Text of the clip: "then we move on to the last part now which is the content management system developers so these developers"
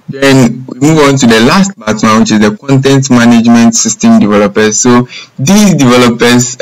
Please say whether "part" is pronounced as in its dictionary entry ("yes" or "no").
no